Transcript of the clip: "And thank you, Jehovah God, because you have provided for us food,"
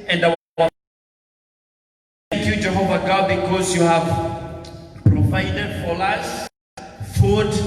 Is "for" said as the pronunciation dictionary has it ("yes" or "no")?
no